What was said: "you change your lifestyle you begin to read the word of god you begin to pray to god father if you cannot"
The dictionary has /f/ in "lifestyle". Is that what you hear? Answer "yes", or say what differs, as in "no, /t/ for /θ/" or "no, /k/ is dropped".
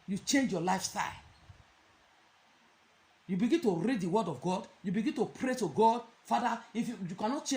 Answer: yes